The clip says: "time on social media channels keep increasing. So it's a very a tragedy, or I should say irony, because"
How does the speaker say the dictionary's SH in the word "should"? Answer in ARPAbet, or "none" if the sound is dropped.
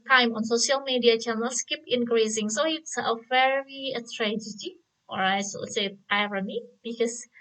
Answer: S